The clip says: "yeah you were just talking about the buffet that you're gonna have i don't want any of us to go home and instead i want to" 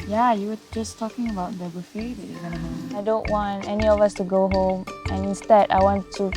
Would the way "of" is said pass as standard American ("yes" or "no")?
yes